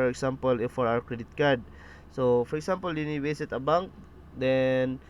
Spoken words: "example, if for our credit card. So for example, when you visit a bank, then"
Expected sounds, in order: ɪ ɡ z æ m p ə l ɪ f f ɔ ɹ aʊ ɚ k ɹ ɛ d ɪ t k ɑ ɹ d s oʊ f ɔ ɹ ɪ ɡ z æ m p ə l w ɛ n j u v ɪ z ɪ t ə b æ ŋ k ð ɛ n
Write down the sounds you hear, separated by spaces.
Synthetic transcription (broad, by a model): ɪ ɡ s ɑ m p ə l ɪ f f ɔ ɹ aʊ ɚ k ɹ ɛ d ɪ t k ɑ ɹ d s oʊ f ɔ ɹ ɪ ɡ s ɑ m p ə l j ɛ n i w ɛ s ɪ t ə b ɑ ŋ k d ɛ n